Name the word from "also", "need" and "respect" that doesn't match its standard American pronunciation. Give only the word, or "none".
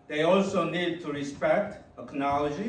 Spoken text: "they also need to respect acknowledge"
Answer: none